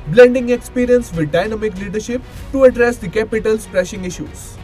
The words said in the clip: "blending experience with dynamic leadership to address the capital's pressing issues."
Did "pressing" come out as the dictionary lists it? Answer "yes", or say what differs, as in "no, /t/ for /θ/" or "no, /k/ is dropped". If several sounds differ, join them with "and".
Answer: no, /ʃ/ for /s/